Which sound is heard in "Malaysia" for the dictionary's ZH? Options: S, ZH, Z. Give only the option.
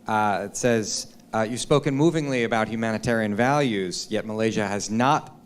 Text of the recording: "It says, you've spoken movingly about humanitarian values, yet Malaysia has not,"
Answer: ZH